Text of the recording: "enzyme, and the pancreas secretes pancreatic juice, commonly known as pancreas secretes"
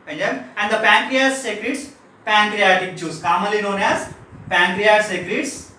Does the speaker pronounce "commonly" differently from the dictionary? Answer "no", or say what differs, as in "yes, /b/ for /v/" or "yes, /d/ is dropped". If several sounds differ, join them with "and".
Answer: yes, /n/ is dropped